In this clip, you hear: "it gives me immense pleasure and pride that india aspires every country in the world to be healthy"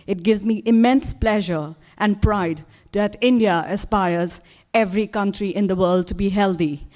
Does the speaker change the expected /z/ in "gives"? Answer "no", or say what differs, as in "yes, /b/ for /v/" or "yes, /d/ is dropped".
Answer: no